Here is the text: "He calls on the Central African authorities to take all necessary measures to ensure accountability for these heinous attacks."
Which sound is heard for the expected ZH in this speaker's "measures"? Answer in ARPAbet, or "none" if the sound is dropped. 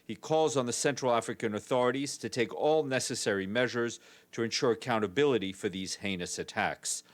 ZH